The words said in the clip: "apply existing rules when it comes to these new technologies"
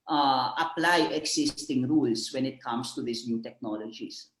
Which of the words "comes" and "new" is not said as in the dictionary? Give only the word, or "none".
comes